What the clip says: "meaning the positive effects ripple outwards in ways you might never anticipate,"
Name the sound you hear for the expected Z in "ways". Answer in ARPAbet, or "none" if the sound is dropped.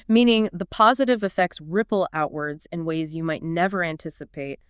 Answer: Z